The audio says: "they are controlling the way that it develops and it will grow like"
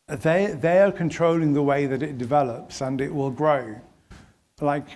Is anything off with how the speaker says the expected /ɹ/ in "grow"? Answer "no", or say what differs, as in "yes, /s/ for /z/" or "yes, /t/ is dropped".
no